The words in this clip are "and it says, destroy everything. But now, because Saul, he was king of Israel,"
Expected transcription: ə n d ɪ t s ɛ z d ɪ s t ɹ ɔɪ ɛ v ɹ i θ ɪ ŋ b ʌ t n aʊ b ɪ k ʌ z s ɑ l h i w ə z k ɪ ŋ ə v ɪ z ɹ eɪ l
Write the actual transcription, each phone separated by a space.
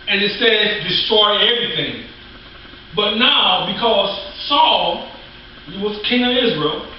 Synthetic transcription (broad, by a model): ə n ɪ t s ɛ z d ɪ s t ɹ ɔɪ ɛ v ɹ i θ ɪ ŋ b ʌ t n aʊ b ɪ k ʌ z s ɑ l h i w ə z k ɪ ŋ ə v ɪ z ɹ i l